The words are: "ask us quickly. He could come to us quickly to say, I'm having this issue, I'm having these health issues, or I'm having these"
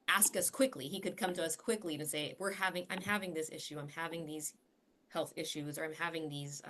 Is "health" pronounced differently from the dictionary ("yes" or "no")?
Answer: no